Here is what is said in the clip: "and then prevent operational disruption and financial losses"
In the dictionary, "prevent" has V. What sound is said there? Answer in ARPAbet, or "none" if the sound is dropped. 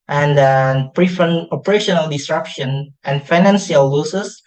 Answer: F